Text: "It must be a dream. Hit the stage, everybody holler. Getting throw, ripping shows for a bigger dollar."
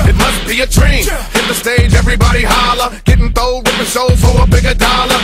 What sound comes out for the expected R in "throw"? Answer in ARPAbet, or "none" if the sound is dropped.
none